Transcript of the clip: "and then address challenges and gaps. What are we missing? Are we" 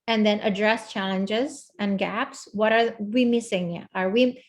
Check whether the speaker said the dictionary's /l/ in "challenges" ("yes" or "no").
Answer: yes